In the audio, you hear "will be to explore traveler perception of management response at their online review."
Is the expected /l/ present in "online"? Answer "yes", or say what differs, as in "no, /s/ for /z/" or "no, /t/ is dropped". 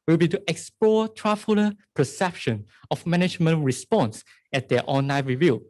no, /l/ is dropped